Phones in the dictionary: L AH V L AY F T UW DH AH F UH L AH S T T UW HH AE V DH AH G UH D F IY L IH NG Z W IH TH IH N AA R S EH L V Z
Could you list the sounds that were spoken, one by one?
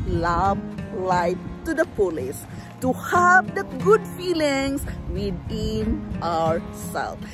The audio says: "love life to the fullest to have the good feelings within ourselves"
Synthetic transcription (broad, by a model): L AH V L AY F T UW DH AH P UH L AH S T T UW HH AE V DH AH G UH D F IY L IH NG S W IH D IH N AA R S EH L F